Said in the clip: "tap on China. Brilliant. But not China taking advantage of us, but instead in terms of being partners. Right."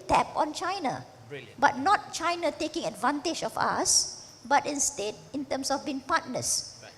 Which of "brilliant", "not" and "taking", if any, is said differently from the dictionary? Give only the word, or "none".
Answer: brilliant